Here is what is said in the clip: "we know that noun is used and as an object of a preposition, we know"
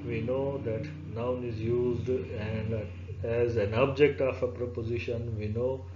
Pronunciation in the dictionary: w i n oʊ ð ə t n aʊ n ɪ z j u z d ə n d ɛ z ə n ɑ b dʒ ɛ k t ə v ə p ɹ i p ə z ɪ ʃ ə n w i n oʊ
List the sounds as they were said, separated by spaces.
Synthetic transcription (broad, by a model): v i n oʊ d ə t n aʊ n ɪ z j u z d ə n d ɛ z ə n ɑ b dʒ ɛ k t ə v ə p ɹ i p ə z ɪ ʃ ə n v i n oʊ